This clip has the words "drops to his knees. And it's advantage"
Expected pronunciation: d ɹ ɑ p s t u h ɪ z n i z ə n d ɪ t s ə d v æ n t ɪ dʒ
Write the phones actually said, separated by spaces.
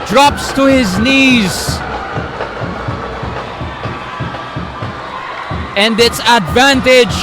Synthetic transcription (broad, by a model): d ɹ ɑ p s t u h ɪ z n i z ə n d ɪ t s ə d v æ n t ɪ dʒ